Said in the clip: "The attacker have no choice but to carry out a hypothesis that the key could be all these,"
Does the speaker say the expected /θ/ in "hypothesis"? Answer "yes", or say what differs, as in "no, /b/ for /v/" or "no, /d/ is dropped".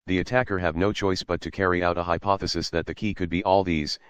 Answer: yes